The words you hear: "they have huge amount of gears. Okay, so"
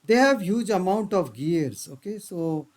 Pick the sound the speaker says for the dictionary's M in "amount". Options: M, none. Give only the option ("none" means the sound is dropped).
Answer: M